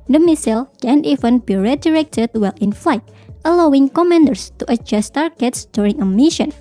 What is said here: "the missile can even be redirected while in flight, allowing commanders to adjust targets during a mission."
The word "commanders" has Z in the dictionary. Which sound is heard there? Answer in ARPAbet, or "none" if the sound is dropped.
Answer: S